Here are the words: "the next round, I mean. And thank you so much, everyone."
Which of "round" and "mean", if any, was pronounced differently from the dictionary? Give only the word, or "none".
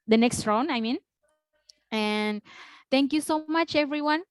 round